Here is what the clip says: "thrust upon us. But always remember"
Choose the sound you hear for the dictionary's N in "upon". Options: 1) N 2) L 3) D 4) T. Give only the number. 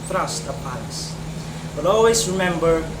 2